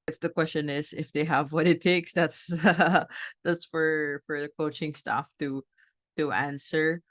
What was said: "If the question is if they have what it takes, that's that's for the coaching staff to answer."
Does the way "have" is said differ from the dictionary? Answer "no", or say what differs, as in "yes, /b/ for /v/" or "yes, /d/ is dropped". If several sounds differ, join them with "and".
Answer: no